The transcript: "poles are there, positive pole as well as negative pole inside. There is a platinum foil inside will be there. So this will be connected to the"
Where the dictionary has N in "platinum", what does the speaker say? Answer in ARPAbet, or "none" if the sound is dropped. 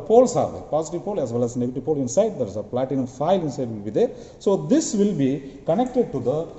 none